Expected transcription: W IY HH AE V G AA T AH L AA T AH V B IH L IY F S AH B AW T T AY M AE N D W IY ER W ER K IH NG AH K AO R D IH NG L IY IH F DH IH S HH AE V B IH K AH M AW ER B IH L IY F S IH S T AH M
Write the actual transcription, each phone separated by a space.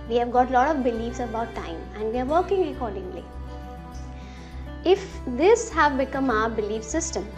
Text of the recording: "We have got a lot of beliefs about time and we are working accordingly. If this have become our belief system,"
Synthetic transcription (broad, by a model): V IY HH AE V G AA T L AA T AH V B IH L IY F S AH B AW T T AY M AE N D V IY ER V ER K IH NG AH K AO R D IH NG L IY IH F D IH S HH AE V B IH K AH M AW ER B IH L IY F S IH S T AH M